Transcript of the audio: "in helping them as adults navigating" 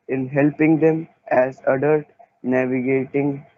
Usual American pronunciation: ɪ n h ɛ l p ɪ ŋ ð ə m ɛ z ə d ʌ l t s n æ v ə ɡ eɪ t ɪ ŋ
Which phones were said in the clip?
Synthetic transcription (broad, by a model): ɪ n h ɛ l p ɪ ŋ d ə m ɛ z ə d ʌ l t n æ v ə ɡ eɪ t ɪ ŋ